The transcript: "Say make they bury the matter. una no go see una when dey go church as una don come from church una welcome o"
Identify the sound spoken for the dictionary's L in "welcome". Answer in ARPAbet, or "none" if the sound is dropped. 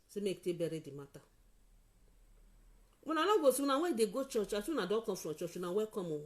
none